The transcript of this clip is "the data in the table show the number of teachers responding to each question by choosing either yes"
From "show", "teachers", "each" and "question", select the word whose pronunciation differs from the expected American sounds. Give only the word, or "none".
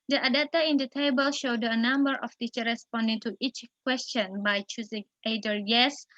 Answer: teachers